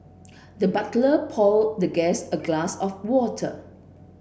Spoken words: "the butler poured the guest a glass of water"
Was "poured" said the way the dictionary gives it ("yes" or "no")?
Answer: no